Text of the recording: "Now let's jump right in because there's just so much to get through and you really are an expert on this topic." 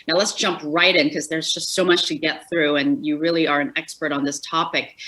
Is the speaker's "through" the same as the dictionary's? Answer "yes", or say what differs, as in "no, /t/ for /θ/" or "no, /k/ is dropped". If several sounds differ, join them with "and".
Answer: yes